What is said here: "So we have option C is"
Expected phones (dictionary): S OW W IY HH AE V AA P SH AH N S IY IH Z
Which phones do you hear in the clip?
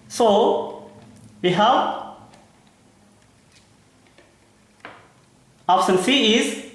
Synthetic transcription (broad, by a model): S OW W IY HH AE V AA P S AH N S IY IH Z